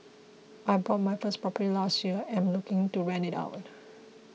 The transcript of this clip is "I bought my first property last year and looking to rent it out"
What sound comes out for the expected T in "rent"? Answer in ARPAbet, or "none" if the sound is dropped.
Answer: none